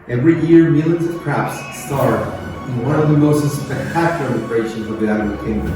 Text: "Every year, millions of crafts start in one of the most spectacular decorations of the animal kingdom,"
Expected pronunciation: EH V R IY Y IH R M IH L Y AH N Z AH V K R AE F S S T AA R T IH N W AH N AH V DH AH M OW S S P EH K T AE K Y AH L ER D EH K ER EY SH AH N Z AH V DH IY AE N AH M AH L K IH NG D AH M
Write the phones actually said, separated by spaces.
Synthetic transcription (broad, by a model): EH V R IY Y IH R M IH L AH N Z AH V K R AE P S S T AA R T IH N W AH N AH V DH AH M OW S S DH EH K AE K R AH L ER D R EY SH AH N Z AH V DH IY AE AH AH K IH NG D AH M